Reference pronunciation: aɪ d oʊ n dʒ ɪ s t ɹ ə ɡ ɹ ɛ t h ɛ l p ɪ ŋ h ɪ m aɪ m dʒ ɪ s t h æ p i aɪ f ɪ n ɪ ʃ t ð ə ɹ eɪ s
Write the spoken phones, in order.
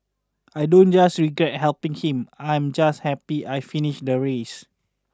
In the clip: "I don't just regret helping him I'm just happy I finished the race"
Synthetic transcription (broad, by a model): aɪ d oʊ n dʒ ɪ s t ɹ ə ɡ ɹ ɛ t h ɛ l p ɪ ŋ h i m aɪ m dʒ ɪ s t h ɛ p i aɪ f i n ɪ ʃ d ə ɹ eɪ s